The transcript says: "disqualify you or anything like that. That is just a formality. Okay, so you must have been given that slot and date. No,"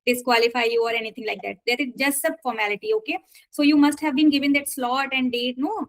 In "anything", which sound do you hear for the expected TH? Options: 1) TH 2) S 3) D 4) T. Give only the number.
4